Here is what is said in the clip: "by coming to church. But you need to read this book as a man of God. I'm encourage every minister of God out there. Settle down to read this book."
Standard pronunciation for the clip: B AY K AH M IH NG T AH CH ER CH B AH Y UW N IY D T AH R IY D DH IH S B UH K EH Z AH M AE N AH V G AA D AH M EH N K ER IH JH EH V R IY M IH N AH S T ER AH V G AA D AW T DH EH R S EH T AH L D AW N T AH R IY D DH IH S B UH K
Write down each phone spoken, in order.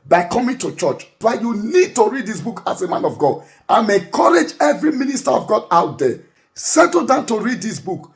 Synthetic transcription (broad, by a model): B AY K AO M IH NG T AH CH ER CH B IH Y UW N IY D T AH R IY D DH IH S B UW K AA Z AH M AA N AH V G AA D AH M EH K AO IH JH EH V R IY M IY N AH S T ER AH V G AA D AW T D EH S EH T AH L D AW N T AH R IY D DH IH S B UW K